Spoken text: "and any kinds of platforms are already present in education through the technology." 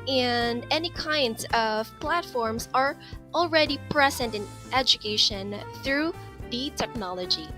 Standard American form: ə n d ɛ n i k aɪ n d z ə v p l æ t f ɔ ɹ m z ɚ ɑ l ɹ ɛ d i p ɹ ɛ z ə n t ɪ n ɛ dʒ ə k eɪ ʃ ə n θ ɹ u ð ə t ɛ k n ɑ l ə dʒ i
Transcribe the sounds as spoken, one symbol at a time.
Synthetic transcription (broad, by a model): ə n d ɛ n i k aɪ n d z ə v p l æ t f ɔ ɹ m z ɚ l ɹ ɛ d i p ɹ ɛ z ə n t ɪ n ɛ dʒ ə k eɪ ʃ ə n θ ɹ u ð ə t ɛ k n ɑ l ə dʒ i